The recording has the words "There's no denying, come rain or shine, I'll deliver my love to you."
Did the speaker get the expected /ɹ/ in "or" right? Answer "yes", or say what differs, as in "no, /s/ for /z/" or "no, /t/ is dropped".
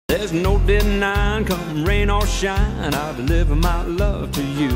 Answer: no, /l/ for /ɹ/